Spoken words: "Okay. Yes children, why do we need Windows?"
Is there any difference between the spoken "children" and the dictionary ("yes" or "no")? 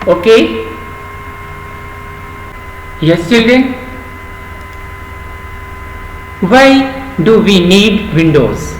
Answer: yes